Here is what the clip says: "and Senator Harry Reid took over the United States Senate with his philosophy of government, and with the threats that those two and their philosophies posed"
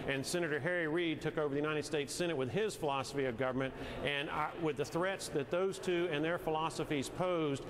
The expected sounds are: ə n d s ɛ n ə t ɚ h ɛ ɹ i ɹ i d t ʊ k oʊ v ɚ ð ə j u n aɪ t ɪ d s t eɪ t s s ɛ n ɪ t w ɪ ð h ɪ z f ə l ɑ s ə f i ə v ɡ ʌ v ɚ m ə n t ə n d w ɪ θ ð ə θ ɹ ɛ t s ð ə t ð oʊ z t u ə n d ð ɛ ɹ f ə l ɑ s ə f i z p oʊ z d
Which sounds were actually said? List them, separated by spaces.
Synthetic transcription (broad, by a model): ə n s ɛ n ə t ɚ h ɛ ɹ i ɹ i d t ʊ k oʊ v ɚ ð ə j u n aɪ t ɪ d s t eɪ t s s ɛ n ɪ t w ɪ ð ɪ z f ə l ɑ s ə f i ə v ɡ ʌ v ɚ m ə n t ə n w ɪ ð ə θ ɹ ɛ t s ð ə t ð oʊ z t u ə n ð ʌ ɹ f ə l ɑ s ə f i z p oʊ z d